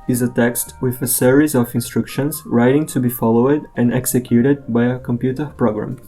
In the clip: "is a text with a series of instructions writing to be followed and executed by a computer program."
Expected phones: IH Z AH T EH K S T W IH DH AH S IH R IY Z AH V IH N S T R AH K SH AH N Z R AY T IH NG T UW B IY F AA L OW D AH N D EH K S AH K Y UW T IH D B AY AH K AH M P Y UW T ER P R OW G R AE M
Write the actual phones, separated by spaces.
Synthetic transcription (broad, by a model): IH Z AH T EH K S T W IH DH AH S IH R IY Z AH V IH N S T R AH K SH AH N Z R AY T IH NG T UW B IY F AA L OW D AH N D EH K S AH K Y UW T IH D B AY AH K AH M P Y UW T ER P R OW G R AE M